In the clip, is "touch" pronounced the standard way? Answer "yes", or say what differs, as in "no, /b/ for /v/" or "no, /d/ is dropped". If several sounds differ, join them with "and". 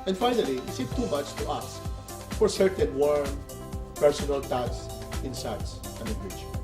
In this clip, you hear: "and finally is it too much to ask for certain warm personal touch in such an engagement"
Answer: no, /s/ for /tʃ/